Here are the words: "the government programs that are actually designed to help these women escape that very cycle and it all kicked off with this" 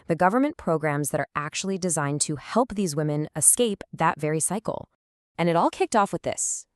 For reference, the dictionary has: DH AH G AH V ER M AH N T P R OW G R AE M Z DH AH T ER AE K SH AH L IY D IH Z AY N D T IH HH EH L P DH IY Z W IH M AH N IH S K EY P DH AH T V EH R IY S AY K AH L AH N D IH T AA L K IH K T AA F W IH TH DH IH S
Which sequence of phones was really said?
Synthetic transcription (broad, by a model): DH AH G AH V ER M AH N P R OW G R AE M Z DH AH T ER AE K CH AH L IY D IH Z AY N T IH HH EH L P DH IY Z W IH M AH N IH S K EY P DH AH T V EH R IY S AY K L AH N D IH T AA L K IH K T AA F W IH DH IH S